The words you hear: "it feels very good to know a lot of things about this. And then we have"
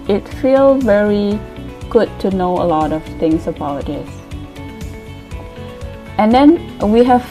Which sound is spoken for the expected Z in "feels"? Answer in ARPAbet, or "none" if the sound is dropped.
none